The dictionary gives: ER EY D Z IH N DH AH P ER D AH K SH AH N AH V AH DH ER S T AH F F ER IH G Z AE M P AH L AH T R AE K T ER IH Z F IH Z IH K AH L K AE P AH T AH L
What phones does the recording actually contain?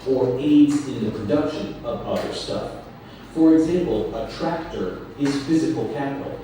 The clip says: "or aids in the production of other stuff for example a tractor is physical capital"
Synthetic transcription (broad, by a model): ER EY D Z IH N DH AH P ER D AH K SH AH N AH V AH DH ER S T AH F F ER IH G Z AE M P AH L AH T R AE K T ER IH Z F IH Z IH K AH L K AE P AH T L